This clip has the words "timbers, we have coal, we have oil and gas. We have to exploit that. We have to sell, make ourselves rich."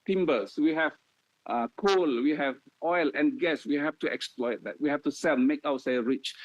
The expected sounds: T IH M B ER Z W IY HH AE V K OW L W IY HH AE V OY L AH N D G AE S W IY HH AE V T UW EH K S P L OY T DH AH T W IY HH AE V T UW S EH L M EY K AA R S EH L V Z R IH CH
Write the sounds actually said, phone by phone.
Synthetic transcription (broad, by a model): T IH M B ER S W IY HH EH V K OW L W IY HH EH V OY L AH N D G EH S W IY HH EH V T UW EH K S P L OY T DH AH T W IY HH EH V T UW S EH L M EY K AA W S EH R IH CH